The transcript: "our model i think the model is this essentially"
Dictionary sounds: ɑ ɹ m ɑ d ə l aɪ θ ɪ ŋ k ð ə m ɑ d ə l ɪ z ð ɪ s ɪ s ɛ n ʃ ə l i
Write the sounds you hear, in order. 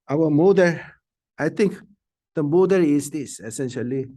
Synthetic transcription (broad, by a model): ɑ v m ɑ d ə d aɪ t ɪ ŋ k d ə m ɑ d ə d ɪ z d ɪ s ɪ s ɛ n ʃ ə l i